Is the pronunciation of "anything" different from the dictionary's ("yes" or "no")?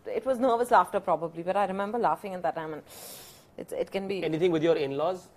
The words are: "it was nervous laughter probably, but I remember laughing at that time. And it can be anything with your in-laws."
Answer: yes